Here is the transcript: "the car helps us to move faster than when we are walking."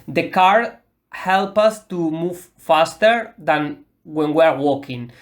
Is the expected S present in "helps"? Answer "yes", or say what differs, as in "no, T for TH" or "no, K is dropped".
no, S is dropped